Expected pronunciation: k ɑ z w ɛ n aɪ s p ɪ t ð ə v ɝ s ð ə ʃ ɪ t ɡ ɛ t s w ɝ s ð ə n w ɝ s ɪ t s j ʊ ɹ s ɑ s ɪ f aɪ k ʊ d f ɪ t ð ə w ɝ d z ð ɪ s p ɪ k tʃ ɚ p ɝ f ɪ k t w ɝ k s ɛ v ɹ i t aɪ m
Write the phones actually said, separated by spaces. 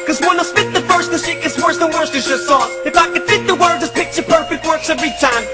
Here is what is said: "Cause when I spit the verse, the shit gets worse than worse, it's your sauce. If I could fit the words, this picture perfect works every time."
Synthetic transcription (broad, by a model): k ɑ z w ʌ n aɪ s f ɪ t ð ə f ɝ s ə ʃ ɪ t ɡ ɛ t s w ɝ s ð ə n w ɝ s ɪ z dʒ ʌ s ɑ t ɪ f aɪ k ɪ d f ɪ t ð ə w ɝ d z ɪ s p ɪ k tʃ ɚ p ɝ f ɪ k t w ɝ k s ɛ v ɹ i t aɪ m